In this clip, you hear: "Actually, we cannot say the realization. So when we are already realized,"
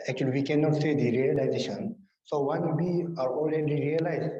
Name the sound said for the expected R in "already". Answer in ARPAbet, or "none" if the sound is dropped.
L